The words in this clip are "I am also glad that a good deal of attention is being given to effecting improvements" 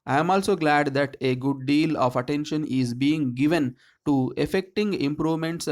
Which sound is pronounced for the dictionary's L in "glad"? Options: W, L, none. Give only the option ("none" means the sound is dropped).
L